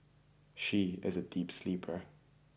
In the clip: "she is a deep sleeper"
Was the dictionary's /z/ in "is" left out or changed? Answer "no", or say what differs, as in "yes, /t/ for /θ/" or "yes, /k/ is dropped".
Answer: no